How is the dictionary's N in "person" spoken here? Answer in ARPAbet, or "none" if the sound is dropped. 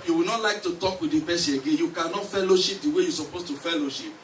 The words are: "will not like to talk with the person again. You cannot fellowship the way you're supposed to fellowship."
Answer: none